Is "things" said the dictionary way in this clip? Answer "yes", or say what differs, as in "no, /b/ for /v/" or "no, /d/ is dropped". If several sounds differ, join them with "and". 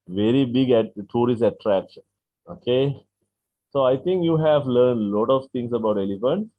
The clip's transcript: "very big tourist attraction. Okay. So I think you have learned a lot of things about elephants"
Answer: no, /t/ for /θ/ and /s/ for /z/